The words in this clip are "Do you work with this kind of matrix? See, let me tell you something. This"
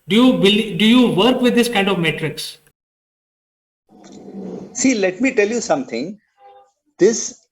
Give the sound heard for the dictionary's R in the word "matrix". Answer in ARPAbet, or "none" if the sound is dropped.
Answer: R